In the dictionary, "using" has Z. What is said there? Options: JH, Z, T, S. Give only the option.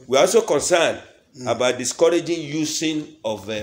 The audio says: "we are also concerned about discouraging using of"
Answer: S